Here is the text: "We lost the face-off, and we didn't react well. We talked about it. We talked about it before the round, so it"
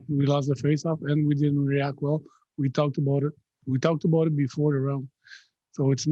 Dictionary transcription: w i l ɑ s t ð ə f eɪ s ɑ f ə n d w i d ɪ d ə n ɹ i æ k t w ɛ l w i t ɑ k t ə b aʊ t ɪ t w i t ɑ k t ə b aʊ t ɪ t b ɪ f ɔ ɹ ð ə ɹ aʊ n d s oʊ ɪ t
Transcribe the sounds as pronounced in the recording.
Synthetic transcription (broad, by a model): w i l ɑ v ð ə f eɪ s ɑ f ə n w i d ɪ d n ɹ i æ k t w ɛ l w i t ɑ k t ə b aʊ t ɪ t w i t ɑ k t ə b aʊ t ɪ t b ɪ f ɔ ɹ ð ə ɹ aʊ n s oʊ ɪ t